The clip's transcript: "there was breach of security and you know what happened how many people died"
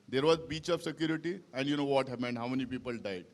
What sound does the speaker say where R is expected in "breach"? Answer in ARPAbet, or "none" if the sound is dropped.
none